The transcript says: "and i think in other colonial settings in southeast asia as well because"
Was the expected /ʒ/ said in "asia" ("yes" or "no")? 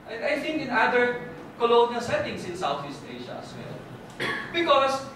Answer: no